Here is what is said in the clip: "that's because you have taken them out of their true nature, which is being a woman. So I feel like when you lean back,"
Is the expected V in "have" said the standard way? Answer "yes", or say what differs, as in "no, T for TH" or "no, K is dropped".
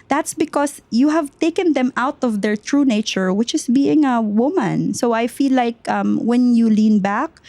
yes